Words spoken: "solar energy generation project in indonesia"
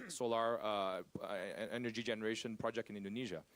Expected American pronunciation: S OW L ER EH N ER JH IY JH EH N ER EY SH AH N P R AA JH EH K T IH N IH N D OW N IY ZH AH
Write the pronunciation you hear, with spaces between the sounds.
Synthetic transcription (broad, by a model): S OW L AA EH N ER JH IY JH EH N ER EY SH AH N P R AA JH EH K T IH N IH N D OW N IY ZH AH